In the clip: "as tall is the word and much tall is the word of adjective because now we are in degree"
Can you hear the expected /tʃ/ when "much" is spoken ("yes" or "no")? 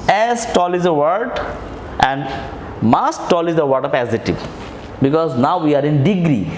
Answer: no